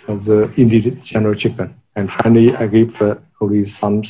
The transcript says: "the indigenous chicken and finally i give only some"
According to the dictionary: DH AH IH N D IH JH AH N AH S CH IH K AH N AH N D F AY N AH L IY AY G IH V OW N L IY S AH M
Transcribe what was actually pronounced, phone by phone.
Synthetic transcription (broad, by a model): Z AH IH N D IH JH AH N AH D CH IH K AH N AH N D F AY N AH L IY AY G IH P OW L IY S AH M